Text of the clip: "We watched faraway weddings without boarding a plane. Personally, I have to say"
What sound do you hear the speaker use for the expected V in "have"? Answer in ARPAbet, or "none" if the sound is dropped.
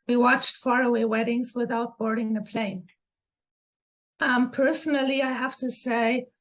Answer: F